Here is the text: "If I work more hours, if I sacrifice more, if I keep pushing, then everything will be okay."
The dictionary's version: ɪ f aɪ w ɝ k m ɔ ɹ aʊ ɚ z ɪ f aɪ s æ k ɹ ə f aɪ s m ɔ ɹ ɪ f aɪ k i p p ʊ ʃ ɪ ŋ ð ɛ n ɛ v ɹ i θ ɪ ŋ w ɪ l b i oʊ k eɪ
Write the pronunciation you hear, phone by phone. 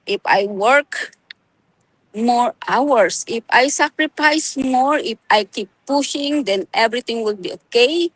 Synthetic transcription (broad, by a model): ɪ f aɪ w ɝ k m ɔ ɹ aʊ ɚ s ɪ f aɪ s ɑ k ɹ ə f aɪ s m ɔ ɹ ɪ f aɪ k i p p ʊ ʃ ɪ ŋ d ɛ n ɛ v ɹ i t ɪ ŋ w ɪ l b i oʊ k eɪ